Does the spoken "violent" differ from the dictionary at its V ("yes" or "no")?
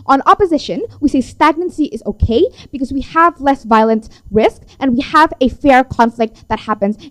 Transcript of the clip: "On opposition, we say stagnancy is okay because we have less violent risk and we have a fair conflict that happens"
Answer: no